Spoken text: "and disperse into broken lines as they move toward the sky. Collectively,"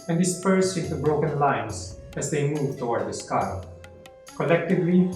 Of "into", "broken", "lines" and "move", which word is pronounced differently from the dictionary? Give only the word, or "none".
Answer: lines